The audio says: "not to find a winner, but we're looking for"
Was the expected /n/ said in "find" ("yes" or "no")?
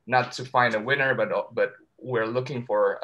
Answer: yes